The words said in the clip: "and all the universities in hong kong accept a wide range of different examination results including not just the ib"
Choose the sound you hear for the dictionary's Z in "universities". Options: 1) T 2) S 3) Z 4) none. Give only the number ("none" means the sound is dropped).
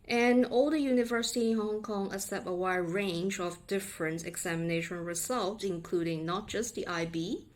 4